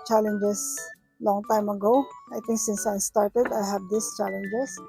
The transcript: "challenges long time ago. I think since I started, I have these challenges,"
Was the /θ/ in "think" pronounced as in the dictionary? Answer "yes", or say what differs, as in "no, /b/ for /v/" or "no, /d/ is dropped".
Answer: no, /t/ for /θ/